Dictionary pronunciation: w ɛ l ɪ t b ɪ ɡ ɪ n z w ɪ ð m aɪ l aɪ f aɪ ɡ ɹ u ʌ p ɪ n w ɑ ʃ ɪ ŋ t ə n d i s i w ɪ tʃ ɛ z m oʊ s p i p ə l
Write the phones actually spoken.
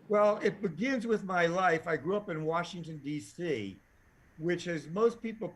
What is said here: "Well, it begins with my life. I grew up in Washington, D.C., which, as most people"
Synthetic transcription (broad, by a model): w ɛ l ɪ t b ɪ ɡ ɪ n z w ɪ ð m aɪ l aɪ f aɪ ɡ ɹ u ʌ p ɪ n w ɑ ʃ ɪ ŋ t ə n d i s i w ɪ tʃ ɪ z m oʊ s p i p l